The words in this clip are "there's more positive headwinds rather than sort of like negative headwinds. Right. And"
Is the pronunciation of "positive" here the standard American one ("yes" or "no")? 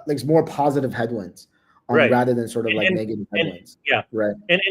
yes